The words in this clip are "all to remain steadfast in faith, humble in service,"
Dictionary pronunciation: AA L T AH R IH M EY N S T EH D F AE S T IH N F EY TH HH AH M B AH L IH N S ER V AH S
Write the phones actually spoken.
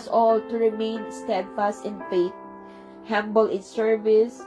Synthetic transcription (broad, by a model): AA L T AH R IH M EY N S T EH D F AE S T IH N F EY T HH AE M B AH L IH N S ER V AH S